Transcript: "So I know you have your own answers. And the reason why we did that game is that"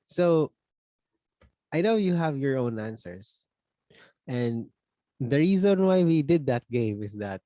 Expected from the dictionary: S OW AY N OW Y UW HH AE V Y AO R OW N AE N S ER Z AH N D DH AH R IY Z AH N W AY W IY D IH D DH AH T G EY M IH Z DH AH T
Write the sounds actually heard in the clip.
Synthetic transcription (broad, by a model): S OW AY N OW Y UW HH AE V Y AO R OW N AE N S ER S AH N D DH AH R IY Z AH N W AY W IY D IH D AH T G EY M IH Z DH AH T